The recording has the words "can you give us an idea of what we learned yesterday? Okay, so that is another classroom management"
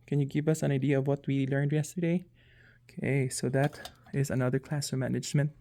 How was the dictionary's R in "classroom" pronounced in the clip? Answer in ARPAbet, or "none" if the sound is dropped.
none